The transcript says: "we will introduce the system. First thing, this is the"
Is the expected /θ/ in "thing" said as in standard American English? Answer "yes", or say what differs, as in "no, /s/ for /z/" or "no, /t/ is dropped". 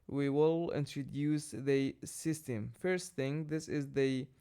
yes